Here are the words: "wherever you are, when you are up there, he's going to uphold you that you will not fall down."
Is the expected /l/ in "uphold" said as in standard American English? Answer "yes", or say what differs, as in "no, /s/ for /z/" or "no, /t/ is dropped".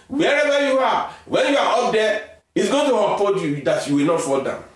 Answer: no, /l/ is dropped